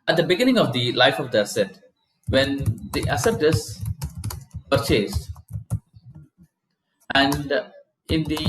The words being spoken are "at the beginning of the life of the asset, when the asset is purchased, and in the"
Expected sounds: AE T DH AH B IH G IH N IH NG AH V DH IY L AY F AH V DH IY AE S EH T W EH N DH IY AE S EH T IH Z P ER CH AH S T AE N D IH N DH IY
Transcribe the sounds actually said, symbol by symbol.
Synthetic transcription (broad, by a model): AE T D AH B IH G IH N IH NG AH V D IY L AY F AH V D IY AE S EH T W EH N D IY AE S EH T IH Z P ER CH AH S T AE N D IH N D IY